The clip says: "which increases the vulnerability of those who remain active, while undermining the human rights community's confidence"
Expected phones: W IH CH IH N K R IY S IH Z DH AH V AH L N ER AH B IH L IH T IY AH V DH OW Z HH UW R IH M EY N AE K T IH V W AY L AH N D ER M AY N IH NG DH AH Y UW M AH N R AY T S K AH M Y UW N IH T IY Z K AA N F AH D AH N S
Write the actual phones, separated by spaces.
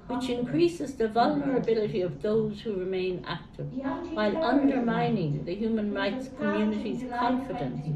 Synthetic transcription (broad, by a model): W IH CH IH N K R IY S IH Z DH AH V AH L N ER AH B IH L IH T IY AH V DH OW Z HH UW R IH M EY N AE K T IH V W AY L AH N D ER M AY N IH NG DH AH Y UW M AH N R AY T S K AH M Y UW N IH T IY Z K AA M F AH D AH N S